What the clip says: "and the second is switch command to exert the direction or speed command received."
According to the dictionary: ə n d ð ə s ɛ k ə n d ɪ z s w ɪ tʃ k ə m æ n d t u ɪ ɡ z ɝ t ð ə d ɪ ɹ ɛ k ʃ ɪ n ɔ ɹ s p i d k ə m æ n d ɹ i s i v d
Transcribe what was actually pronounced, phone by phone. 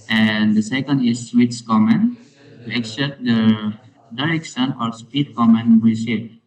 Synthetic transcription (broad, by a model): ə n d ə s ɛ k ə n d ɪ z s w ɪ s k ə m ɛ n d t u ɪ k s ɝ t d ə d ɪ ɹ ɛ k ʃ ɪ n ɔ ɹ s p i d k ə m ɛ n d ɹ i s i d